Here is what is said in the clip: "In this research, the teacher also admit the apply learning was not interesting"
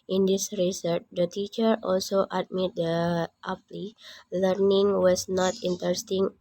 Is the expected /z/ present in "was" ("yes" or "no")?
no